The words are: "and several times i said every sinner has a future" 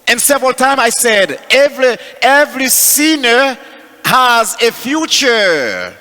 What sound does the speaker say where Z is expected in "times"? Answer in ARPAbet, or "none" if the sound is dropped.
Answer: none